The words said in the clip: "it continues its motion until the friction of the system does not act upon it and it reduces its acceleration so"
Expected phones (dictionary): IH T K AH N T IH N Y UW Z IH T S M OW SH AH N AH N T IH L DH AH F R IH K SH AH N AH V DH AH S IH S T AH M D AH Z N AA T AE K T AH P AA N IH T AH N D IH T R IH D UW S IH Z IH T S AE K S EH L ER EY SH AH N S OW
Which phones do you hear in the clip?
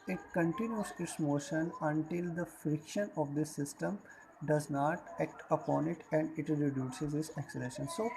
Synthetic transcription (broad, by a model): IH T K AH N T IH N Y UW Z IH T S M OW SH AH N AH N T IH L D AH F R IH K SH AH N AH V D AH S IH S T AH M D AH Z N AA T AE K T AH P AA N IH T AH N D IH T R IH D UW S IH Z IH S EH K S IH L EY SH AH N S OW